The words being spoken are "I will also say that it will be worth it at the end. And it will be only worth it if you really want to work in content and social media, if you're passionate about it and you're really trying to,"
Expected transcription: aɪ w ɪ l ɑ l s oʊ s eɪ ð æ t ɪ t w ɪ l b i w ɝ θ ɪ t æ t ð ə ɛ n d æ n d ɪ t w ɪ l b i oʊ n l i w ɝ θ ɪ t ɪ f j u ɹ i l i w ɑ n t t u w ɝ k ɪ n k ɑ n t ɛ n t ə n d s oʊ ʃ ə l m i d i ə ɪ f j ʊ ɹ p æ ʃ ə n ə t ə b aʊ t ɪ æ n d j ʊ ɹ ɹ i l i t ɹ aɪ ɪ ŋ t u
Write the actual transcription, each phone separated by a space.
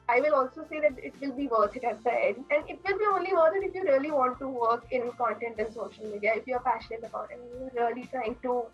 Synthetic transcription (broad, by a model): aɪ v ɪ l ɑ l s oʊ s eɪ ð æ t ɪ t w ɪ l b i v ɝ t ɪ t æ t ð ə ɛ d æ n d ɪ t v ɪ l b i oʊ n l i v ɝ t ɪ t ɪ f j u ɹ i l i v ɑ n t t u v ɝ k ɪ n k ɑ n t ɛ n t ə n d s oʊ ʃ ə l m i d i ə ɪ f j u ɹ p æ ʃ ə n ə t ə b aʊ t ɪ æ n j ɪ l ɹ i l i t ɹ aɪ ɪ ŋ t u